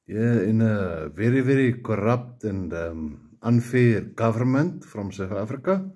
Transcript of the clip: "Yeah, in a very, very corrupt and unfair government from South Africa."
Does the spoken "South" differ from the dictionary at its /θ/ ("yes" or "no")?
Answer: yes